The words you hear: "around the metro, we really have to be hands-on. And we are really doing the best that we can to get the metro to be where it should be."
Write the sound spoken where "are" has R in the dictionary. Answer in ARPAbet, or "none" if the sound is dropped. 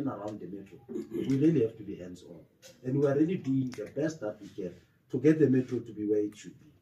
L